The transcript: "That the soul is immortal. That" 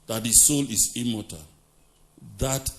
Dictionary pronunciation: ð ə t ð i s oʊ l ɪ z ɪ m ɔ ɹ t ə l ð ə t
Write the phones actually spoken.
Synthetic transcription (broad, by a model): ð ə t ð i s oʊ l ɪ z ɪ m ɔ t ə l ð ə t